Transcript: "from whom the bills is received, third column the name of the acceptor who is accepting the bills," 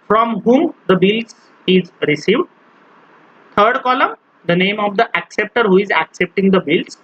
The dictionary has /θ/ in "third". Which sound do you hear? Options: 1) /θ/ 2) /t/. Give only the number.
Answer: 2